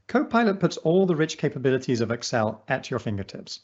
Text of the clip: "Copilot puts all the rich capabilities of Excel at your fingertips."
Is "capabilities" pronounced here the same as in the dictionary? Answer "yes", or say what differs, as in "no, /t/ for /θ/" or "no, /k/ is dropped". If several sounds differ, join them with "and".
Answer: yes